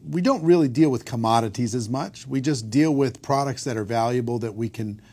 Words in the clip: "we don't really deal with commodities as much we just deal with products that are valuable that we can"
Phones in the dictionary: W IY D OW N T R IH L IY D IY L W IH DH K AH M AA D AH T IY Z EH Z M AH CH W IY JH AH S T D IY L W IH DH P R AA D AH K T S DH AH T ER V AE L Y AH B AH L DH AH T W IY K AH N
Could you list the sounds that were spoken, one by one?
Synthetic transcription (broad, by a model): W IY D OW N T R IH L IY D IY L W IH DH K AH M AA D AH T IY Z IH Z M AH CH W IY JH AH S D IY L W IH DH P R AA D AH K T S DH AH T ER V AE L Y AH B L DH AH T W IY K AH N